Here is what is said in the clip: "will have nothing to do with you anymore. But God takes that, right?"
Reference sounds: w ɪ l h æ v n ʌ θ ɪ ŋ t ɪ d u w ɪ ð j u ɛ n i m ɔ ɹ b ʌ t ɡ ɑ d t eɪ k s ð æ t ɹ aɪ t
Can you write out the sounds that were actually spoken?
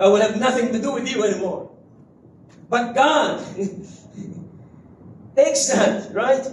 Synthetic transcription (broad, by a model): w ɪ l h æ v n ʌ θ ɪ ŋ t ɪ d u w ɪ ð j u ɛ n i m ɔ ɹ b ʌ t ɡ ɑ d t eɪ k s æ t ɹ aɪ t